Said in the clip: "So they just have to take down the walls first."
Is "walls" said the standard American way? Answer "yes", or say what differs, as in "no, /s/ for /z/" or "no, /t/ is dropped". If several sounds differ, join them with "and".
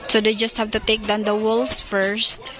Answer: no, /s/ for /z/